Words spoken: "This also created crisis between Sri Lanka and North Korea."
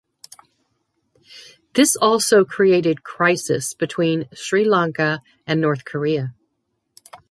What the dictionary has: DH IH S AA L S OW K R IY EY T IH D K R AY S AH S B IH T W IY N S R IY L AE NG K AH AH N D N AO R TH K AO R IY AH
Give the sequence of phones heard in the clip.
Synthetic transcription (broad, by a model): DH IH S AA L S OW K R IY EY T IH D K R AY S AH S B IH T W IY N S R IY L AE NG K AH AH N N AO R TH K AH R IY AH